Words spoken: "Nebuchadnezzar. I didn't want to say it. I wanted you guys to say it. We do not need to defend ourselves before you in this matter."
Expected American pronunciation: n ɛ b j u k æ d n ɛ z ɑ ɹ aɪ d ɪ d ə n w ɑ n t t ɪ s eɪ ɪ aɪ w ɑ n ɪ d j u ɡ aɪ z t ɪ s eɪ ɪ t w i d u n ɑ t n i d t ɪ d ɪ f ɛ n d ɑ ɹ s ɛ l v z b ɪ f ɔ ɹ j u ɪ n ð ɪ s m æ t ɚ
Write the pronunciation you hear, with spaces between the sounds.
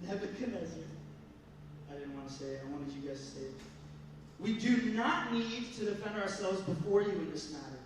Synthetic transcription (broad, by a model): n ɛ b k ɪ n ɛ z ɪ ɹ aɪ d ɪ d n w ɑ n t t ɪ s eɪ ɪ aɪ w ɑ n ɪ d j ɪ ɡ aɪ z t ɪ s eɪ ɪ t w i d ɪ n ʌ t n i d t ɪ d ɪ f ɛ n d ɑ ɹ s ɛ l v z b ɪ f ɔ ɹ j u ɪ n ð ɪ s m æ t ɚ